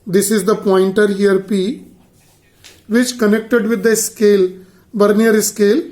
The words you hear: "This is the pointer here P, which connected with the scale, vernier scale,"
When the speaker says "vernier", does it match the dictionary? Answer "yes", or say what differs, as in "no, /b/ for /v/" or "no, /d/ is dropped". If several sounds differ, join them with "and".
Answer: no, /b/ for /v/